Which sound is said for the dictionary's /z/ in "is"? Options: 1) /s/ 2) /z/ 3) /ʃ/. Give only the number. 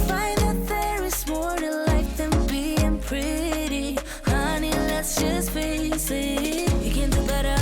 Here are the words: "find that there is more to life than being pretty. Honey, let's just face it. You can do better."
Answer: 1